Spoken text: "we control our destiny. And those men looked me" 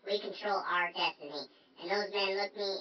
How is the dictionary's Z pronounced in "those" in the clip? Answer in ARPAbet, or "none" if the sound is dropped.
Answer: Z